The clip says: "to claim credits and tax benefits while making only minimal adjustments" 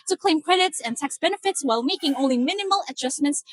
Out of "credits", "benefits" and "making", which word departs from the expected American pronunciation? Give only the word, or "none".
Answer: none